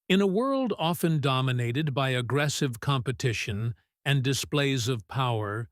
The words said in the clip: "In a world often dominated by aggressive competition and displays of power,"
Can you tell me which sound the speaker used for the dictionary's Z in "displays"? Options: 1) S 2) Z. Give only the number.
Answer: 2